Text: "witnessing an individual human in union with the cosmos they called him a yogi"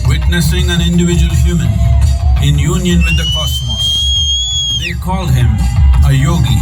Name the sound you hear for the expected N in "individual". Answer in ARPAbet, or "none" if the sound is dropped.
N